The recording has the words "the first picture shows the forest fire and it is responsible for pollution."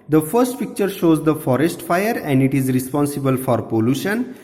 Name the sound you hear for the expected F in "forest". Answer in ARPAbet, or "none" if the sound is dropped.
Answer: F